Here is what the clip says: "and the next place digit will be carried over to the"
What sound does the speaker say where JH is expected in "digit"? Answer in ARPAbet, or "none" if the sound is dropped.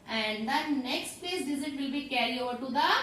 Z